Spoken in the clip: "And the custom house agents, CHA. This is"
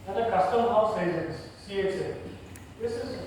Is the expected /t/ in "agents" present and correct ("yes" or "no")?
no